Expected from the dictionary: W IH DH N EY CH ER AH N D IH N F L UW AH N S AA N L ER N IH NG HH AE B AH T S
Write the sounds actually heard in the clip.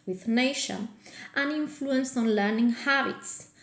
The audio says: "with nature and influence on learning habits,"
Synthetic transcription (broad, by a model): W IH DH N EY SH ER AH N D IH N F L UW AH N S AA N L ER N IH NG HH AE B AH T S